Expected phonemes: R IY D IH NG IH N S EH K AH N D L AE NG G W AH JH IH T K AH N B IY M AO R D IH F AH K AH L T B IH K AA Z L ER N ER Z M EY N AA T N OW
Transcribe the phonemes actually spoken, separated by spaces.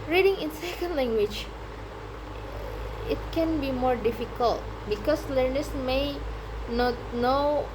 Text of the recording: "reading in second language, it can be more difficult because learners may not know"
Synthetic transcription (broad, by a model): R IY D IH NG IH N S EH K AH N D L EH NG G W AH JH IH T K AH N B IY M AO R D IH F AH K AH L T B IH K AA S L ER N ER S M EY N AA T N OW